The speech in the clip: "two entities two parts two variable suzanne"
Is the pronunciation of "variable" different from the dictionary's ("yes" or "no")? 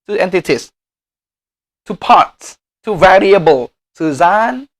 no